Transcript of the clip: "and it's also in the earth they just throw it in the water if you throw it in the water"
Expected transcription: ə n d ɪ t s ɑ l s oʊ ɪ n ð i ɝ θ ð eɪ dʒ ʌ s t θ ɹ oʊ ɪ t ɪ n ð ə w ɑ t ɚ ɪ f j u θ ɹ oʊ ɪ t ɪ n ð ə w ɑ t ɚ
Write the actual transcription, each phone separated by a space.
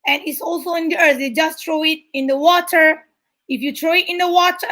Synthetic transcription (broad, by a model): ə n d ɪ t s ɑ l s oʊ ɪ n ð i ɝ θ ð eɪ dʒ ʌ s t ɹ oʊ ɪ t ɪ n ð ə w ɑ t ɚ ɪ f j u t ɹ oʊ ɪ t ɪ n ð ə w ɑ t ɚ